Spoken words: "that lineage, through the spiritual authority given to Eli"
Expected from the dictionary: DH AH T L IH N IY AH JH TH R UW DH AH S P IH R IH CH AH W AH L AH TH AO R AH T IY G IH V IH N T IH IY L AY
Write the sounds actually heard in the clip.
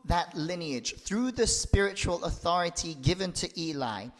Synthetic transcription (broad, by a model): DH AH T L IH N IY AH JH TH R UW DH AH S P IH R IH CH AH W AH L AH TH AO R AH T IY G IH V IH N T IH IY L AY